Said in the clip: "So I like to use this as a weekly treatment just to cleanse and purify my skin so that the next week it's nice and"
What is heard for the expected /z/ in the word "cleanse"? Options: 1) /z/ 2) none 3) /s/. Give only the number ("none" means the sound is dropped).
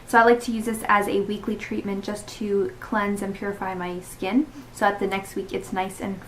1